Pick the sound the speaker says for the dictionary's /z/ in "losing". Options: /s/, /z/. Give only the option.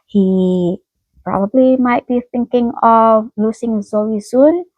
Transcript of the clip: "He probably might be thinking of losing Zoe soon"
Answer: /s/